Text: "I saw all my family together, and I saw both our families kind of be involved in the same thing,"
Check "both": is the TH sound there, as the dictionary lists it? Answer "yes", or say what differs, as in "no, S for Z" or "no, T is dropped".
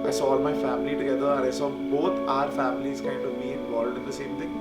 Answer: no, T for TH